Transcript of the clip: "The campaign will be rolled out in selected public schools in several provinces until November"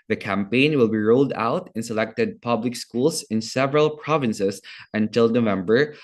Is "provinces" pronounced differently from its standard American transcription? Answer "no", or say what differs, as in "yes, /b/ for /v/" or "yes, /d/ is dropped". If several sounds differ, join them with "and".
yes, /s/ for /z/